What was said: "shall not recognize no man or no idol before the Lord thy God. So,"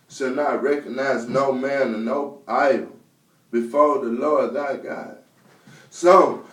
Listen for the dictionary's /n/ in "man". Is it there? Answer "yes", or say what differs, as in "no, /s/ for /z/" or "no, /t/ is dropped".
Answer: yes